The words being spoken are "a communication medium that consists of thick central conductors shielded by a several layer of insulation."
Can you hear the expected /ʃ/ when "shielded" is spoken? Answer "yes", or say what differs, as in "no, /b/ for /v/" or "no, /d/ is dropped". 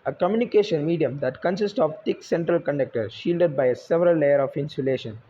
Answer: yes